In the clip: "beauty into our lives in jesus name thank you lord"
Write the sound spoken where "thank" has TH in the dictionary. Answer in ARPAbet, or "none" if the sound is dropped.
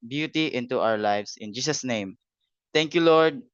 T